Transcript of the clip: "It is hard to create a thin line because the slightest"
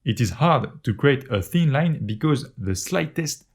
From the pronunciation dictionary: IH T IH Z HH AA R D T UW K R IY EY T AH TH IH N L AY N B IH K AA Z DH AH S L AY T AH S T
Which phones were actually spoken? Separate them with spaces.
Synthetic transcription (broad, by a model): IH T IH Z HH AA R D T UW K R IY EY T AH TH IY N L AY N B IH K AA Z DH AH S L AY T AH S T